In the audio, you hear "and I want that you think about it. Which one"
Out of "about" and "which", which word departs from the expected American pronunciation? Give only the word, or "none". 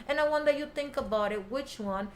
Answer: none